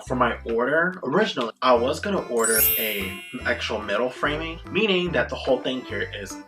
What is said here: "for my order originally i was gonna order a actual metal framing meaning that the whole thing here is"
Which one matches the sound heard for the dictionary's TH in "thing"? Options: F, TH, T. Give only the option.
TH